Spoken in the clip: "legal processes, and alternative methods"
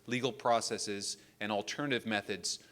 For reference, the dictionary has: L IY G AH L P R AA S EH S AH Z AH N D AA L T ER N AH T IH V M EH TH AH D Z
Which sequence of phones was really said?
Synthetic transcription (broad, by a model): L IY G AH L P R AA S EH S AH Z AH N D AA L T ER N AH T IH V M EH TH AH D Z